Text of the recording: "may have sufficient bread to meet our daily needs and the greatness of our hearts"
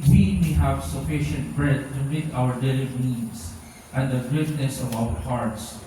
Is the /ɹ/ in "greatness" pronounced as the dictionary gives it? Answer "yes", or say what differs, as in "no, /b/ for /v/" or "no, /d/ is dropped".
no, /ɹ/ is dropped